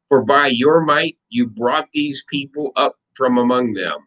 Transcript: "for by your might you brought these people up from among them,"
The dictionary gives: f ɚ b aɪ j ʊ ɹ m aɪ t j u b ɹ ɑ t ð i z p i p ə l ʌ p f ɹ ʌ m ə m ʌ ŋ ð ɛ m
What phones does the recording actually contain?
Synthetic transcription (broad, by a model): f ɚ b aɪ j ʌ ɹ m aɪ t j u b ɹ ɑ t ð i z p i p l ʌ p f ɹ ʌ m ə m ʌ ŋ ð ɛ m